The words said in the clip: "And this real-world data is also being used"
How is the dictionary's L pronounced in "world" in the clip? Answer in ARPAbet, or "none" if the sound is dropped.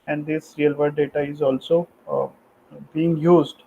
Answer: none